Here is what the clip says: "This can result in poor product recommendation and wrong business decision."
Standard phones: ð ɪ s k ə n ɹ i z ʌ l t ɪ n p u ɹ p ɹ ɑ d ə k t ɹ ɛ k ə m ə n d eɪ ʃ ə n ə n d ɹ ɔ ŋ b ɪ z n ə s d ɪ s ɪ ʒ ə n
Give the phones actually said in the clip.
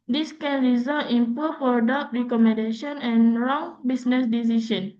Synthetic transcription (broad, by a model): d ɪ s k ə n ɹ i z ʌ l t ɪ n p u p ɑ d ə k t ɹ ɛ k ə m ə n d eɪ ʃ ə n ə n ɹ ɔ ŋ b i s n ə s d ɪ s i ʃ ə n